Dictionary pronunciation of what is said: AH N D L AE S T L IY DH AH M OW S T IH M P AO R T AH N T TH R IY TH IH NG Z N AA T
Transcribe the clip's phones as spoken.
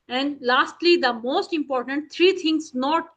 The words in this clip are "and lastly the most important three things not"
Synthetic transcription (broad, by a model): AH N D L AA S T L IY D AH M OW S T IH M P AO R T AH N T T R IY T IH NG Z N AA T